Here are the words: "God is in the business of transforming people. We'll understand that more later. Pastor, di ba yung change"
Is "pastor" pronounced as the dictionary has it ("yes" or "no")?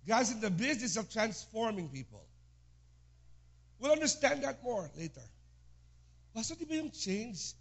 no